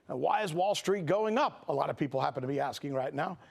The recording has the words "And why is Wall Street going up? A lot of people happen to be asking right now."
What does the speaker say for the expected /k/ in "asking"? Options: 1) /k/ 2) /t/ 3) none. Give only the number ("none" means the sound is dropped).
1